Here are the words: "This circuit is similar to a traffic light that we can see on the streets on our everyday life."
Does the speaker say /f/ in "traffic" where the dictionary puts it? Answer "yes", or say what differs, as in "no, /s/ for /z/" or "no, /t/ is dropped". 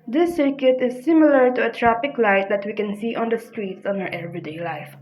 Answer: no, /p/ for /f/